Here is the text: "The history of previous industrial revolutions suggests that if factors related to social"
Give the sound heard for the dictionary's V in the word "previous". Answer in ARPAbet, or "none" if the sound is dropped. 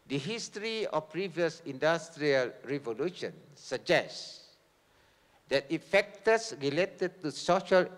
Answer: V